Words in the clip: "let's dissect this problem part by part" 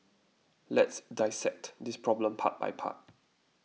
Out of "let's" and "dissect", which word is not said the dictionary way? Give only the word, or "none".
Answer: none